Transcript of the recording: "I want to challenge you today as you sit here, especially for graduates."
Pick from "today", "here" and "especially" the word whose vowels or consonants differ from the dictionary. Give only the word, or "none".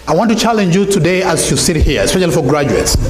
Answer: none